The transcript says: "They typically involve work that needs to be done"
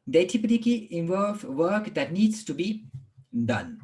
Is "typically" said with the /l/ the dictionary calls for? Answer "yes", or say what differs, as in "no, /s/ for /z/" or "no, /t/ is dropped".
no, /l/ is dropped